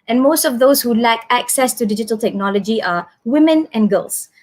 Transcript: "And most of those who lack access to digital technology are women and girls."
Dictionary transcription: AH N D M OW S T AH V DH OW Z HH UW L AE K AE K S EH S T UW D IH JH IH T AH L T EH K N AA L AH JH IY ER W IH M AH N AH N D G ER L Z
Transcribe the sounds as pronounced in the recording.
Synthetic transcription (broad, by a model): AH N M OW S T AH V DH OW S HH UW L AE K AE K S EH S T UW D IH JH IH T AH L T EH K N AA L AH JH IY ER W IH M AH N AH N G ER L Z